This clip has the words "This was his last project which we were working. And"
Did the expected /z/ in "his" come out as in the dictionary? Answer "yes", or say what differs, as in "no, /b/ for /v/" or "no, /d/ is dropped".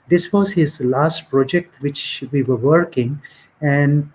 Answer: yes